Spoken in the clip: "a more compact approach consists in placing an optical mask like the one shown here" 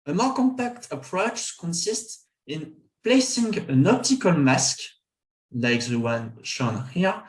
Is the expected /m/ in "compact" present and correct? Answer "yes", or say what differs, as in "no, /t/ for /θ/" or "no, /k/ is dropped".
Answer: yes